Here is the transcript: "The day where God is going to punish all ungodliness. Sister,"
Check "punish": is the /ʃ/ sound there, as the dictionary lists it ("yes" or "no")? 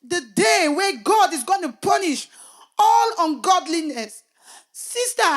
yes